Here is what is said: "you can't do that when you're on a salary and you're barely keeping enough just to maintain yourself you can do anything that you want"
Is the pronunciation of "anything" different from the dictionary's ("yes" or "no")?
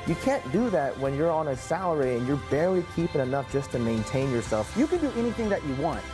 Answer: no